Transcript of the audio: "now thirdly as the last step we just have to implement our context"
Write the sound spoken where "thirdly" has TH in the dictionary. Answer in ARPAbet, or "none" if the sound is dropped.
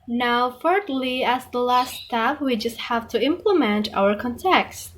F